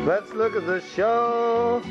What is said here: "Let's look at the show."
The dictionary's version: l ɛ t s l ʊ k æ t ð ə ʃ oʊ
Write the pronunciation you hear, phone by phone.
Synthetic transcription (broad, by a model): l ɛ t s l ʊ k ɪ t ð ə ʃ oʊ